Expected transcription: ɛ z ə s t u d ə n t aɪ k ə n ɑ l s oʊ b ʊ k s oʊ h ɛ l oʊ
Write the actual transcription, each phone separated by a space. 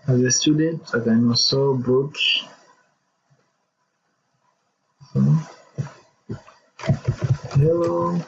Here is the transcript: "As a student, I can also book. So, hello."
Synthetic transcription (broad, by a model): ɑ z ə s t u d ə n t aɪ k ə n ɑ s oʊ b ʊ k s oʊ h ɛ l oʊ